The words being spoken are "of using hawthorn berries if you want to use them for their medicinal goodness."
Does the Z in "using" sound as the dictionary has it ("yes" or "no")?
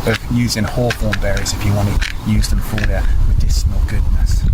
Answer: yes